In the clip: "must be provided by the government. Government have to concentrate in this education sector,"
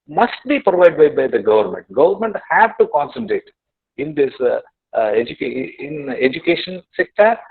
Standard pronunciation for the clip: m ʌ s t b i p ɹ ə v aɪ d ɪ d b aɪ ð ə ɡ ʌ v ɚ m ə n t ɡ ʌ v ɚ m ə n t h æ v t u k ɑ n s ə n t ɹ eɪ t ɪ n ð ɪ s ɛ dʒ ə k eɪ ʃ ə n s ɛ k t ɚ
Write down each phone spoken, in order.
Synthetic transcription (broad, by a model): m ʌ s t b i p ɹ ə v aɪ d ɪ d b aɪ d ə ɡ ʌ v ɚ m ə n t ɡ ʌ v ɚ m ə n t h æ v t u k ɑ n s ə n t ɹ eɪ t ɪ n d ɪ s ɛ dʒ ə k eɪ ʃ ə n s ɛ k t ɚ